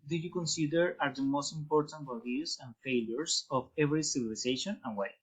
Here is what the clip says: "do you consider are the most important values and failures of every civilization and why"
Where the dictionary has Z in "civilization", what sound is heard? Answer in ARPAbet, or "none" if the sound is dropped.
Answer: S